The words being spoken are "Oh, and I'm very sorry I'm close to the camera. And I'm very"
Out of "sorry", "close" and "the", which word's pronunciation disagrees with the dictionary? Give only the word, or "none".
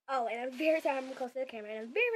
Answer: sorry